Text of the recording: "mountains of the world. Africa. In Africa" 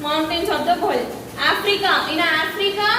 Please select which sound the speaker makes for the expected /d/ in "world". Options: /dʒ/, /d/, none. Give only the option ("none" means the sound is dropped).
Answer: none